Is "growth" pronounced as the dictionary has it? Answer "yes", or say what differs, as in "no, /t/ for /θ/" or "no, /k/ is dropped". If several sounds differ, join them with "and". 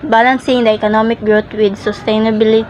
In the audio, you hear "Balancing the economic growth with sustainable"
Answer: no, /t/ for /θ/